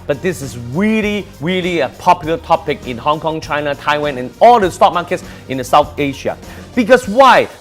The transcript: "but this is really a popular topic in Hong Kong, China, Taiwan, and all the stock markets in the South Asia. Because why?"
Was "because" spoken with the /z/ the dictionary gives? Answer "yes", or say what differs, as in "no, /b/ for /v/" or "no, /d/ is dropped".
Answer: no, /s/ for /z/